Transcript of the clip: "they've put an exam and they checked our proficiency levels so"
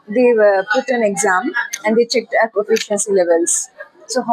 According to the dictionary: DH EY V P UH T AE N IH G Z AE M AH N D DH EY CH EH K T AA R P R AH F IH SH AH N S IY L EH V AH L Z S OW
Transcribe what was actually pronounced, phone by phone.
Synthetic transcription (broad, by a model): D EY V P UH T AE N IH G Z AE M AH N D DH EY CH EH K T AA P AH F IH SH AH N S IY L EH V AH L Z S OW